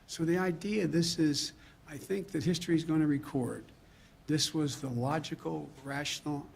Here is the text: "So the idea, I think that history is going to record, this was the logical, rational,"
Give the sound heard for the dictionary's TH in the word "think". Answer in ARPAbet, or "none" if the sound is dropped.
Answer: TH